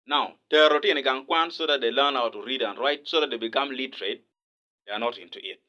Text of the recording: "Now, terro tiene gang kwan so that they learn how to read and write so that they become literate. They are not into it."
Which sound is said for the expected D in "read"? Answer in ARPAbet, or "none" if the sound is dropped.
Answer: D